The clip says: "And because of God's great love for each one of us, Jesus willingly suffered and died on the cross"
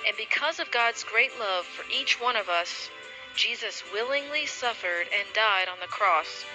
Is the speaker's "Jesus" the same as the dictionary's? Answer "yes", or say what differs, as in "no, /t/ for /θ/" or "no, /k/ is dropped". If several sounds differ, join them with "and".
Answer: yes